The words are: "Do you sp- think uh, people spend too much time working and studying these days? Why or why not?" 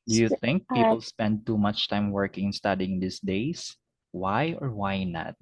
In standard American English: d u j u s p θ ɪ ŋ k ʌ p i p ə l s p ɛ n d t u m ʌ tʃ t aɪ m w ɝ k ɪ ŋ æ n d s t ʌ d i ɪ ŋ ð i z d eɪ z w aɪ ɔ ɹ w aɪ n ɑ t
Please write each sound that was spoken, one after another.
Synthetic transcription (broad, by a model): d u j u θ ɪ ŋ k p i p ə l s p ɛ n d t u m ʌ tʃ t aɪ m w ɝ k ɪ ŋ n s t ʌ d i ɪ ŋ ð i s d eɪ s w aɪ ɔ ɹ w aɪ n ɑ t